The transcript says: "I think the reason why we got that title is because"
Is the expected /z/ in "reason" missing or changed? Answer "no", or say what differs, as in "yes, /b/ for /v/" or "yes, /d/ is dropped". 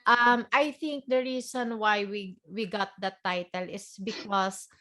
yes, /s/ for /z/